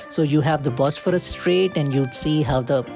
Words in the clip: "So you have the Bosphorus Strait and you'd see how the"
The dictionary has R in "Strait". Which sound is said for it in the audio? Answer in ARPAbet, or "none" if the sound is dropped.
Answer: R